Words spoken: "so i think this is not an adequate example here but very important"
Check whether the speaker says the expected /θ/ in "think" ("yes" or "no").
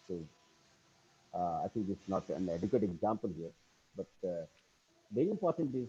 no